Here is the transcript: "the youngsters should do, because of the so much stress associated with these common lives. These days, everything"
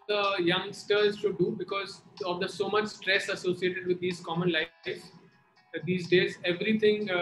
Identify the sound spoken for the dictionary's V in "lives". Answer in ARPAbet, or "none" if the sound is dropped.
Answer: none